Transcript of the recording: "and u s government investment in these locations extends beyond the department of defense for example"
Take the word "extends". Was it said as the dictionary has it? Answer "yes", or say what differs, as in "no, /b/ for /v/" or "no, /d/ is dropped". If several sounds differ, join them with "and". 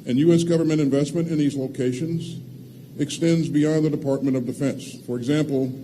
yes